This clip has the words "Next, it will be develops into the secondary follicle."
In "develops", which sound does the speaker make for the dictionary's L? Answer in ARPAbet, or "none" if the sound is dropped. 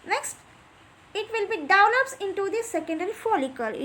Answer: N